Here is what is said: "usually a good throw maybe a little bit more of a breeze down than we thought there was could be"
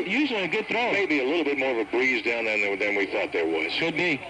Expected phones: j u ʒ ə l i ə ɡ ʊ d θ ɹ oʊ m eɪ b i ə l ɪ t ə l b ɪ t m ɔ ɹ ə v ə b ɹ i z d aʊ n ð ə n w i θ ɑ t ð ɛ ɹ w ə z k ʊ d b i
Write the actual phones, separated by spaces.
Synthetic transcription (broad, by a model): j u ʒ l i ə ɡ ʊ d θ ɹ oʊ m eɪ b i ə l ɪ t l b ɪ t m ɔ ɹ ə v ə b ɹ i z d aʊ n ð ə n w i θ ɑ t ð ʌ ɹ w ə z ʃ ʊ d b i